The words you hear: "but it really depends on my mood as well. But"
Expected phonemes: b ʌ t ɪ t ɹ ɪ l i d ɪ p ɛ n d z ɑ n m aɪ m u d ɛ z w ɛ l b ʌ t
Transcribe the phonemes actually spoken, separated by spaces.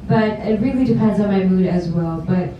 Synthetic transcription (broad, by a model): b ʌ t ɪ t ɹ ɪ l i d ɪ p ɛ n d z n m aɪ m u d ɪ z w ɛ l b ʌ t